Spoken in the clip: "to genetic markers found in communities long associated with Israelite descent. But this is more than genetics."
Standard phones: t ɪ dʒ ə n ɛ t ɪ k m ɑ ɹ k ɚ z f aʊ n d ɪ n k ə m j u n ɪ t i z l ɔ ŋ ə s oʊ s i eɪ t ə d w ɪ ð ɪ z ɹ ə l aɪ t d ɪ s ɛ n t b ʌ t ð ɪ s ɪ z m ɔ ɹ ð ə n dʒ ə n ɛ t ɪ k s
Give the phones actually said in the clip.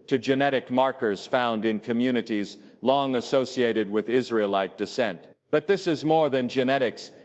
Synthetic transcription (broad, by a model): t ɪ dʒ ə n ɛ t ɪ k m ɑ ɹ k ɚ z f aʊ n d ɪ n k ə m j u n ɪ t i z l ɔ ŋ ə s oʊ s i eɪ t ə d w ɪ ð ɪ z ɹ ə l aɪ t d ɪ s ɛ n t b ʌ t ð ɪ s ɪ z m ɔ ɹ ð ə n dʒ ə n ɛ t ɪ k s